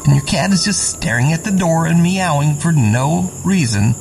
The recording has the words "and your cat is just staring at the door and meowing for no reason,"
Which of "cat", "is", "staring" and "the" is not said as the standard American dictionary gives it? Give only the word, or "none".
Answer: none